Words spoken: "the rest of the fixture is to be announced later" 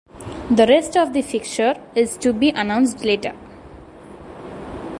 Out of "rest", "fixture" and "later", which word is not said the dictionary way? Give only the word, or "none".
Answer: fixture